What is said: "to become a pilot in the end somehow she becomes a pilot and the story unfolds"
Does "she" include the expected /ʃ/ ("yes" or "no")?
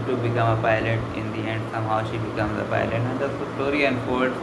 yes